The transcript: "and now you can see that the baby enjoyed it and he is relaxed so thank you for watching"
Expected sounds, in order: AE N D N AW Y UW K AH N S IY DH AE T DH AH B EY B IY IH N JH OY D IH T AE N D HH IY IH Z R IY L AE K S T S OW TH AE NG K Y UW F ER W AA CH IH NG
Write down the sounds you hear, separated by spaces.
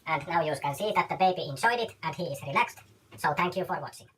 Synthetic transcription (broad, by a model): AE N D N AW Y UW K AH N S IY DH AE T DH AH B EY B IY IH N JH OY D IH T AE N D HH IY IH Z R IY L AE K S T S OW TH AE NG K Y UW F ER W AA CH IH NG